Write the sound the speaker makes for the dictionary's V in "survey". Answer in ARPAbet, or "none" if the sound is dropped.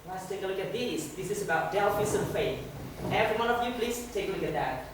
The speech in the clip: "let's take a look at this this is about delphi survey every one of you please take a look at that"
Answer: F